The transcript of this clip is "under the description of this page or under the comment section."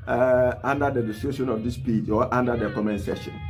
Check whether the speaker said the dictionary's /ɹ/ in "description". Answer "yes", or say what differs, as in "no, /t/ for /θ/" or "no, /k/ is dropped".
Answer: no, /ɹ/ is dropped